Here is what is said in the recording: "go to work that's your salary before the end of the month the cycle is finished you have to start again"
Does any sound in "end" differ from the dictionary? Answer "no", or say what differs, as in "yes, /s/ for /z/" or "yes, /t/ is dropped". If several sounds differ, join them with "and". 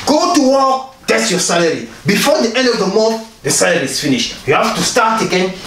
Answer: no